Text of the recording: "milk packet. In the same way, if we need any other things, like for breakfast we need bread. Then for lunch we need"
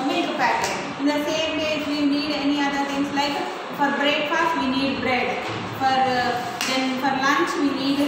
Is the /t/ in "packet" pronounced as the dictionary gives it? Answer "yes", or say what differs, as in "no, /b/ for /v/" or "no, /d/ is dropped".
no, /t/ is dropped